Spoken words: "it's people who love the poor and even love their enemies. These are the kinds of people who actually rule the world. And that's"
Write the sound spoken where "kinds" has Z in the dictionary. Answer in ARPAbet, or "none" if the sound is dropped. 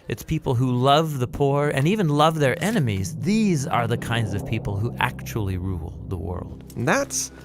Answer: Z